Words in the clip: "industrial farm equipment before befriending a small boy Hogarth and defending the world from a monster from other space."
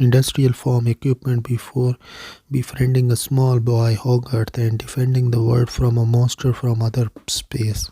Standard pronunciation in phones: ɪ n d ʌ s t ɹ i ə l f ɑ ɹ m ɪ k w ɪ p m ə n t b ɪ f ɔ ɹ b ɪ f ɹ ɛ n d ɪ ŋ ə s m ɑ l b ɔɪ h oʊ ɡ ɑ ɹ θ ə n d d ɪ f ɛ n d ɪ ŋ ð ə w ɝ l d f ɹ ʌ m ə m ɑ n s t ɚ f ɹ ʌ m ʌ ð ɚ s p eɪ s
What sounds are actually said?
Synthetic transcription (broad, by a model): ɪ n d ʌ s t ɹ i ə l f ɑ ɹ m ɪ k w ɪ p m ə n t b ɪ f ɔ ɹ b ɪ f ɹ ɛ n d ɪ ŋ ə s m ɑ l b ɔɪ h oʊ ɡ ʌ ɹ t ə n d d ɪ f ɛ n d ɪ ŋ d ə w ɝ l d f ɹ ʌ m ə m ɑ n s t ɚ f ɹ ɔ m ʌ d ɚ s p eɪ s